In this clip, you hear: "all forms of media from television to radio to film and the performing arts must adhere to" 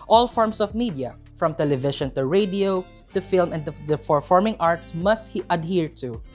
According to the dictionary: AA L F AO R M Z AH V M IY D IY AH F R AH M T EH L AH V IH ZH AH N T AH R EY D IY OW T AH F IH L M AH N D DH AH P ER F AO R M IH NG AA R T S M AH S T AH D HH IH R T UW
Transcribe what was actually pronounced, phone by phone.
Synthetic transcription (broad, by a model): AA L F AO R M S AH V M IY D IY AH F R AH M T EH L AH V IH SH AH N T AH R EY D IY OW T AH F IH L M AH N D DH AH F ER F AO R M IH NG AA R T S M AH S T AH D HH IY R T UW